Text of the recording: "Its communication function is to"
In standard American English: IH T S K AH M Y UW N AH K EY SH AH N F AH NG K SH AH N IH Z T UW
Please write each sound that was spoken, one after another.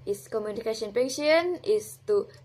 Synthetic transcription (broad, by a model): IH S K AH M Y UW N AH K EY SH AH N P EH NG SH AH N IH S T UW